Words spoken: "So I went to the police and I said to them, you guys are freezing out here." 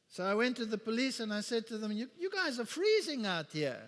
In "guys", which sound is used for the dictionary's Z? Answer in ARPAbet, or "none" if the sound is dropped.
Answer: Z